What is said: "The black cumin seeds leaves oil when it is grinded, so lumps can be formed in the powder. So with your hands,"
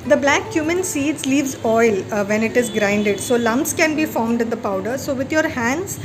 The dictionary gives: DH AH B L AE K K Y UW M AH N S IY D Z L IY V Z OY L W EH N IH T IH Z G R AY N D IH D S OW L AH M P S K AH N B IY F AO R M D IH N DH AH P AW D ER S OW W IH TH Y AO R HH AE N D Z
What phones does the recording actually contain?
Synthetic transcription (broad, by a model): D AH B L AE K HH Y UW M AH N S IY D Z L IY V Z OY L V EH N IH T IH Z G R AY N D IH D S OW L AH M P S K AH N B IY F AO R M D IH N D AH P AW D ER S OW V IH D Y AO R HH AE N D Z